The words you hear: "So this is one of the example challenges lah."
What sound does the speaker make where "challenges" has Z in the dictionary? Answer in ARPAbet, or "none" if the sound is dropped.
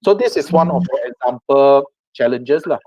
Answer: S